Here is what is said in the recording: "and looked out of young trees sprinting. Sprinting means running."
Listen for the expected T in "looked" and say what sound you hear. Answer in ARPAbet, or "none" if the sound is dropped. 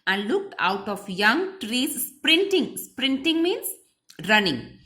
T